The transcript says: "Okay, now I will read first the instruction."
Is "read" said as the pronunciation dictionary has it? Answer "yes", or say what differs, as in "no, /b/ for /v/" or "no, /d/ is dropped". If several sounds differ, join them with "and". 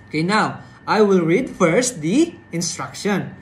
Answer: yes